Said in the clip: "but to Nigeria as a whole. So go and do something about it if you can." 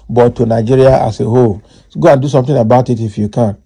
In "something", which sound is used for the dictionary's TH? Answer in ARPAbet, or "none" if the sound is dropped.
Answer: T